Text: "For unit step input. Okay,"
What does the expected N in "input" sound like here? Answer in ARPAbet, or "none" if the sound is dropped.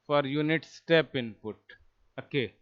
N